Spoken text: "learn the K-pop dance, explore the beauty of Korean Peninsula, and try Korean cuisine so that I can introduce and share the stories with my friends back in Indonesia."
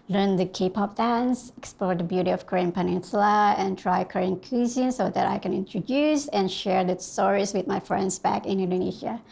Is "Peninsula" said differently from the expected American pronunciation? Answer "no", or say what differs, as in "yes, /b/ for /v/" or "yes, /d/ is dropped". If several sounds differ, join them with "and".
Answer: no